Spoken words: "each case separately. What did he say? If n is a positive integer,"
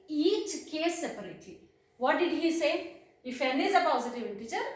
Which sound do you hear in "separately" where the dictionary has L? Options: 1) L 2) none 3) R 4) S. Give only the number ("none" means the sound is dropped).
2